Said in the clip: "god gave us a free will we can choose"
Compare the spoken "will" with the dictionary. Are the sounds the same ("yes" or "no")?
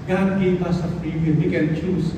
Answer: no